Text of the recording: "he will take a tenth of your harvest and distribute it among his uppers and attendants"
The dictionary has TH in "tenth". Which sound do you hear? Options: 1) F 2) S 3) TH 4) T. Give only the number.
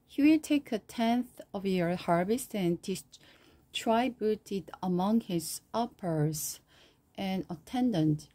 3